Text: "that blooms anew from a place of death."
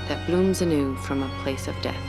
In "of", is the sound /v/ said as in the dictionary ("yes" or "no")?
yes